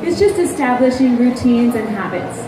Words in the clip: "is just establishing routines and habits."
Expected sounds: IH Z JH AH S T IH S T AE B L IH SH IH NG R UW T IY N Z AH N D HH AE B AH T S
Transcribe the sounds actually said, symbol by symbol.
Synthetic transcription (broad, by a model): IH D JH AH S T IH S T AE B L IH SH IH NG R UW T IY N Z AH N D HH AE B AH T S